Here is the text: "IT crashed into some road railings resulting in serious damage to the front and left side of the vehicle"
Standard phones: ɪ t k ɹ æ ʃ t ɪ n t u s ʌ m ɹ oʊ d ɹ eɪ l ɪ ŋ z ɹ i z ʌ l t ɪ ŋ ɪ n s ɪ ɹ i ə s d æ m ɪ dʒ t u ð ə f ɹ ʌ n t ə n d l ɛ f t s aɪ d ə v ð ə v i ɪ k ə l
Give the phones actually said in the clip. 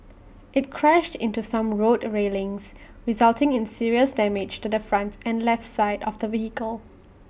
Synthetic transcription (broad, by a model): ɪ t k ɹ æ ʃ t ɪ n t u s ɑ m ɹ oʊ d ɹ eɪ l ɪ ŋ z ɹ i z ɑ l t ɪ ŋ ɪ n s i ɹ i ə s d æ m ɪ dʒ t u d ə f ɹ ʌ n t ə n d l ɛ f t s aɪ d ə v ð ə v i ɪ k ə l